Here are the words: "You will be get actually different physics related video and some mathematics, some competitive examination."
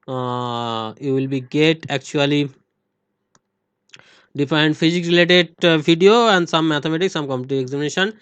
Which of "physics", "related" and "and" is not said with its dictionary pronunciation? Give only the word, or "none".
physics